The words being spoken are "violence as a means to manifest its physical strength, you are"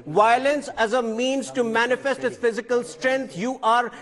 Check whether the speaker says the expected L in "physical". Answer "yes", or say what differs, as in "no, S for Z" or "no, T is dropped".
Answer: yes